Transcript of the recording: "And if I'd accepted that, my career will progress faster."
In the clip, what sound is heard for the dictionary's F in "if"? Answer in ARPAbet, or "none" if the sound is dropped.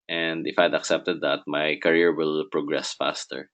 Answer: F